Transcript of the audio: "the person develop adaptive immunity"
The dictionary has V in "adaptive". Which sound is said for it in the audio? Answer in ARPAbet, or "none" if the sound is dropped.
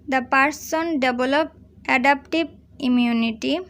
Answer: B